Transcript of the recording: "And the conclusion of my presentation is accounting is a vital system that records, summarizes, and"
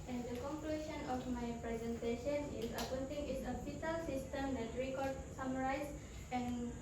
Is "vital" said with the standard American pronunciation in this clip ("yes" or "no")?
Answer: no